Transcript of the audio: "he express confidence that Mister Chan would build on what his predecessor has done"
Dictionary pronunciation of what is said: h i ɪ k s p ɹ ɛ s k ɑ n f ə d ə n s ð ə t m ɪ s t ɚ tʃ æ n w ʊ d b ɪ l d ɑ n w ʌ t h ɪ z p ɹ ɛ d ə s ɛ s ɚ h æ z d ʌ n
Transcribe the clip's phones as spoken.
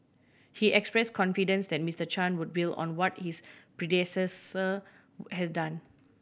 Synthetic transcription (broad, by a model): h i ɪ k s p ɹ ɛ s k ɑ n f ə d ə n s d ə t m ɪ s t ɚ tʃ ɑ n w ʊ d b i l ɑ n w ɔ t h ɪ s p ɹ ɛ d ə s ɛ s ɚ h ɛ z d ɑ n